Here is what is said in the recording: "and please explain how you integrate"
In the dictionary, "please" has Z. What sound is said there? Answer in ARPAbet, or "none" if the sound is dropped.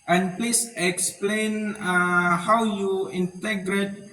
S